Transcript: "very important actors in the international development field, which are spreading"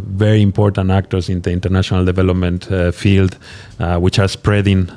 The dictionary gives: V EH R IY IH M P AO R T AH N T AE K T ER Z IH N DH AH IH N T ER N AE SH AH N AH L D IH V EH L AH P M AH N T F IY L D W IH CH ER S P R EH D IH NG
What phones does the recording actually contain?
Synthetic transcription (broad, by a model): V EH R IY IH M P AO R T AH N T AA K T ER S IH N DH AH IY N T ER N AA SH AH N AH L D IH V EH L AH P M AH N T F IY L D W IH CH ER S P R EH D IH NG